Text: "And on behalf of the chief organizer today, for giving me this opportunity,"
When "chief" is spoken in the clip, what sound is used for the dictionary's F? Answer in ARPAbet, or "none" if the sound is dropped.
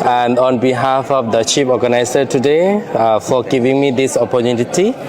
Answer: P